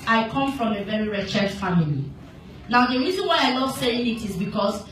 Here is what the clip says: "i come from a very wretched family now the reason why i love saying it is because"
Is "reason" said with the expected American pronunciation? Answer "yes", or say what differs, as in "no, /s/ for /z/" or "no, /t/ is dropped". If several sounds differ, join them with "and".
yes